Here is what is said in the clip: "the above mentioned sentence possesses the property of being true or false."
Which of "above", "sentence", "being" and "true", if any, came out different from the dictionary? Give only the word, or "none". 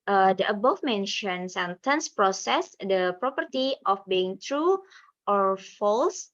above